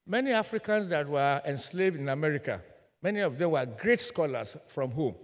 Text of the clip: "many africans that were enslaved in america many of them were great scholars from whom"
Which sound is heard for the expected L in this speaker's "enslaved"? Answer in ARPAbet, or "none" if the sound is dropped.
L